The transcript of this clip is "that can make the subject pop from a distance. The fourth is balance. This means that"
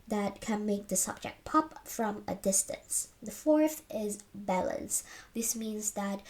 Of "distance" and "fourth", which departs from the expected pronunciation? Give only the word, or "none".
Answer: none